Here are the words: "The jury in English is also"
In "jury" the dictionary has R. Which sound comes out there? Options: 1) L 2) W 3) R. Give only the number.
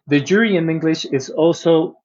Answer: 3